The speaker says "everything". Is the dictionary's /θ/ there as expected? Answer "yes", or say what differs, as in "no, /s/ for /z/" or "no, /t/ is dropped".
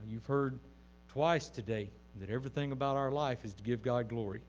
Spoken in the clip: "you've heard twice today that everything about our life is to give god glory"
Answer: yes